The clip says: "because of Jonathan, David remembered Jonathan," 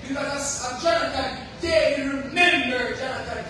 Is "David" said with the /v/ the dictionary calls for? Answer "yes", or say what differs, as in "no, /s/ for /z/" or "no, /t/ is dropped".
no, /v/ is dropped